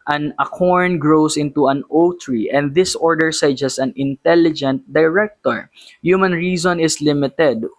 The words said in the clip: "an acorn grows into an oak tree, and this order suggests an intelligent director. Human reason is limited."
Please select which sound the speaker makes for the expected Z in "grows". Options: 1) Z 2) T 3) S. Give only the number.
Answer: 3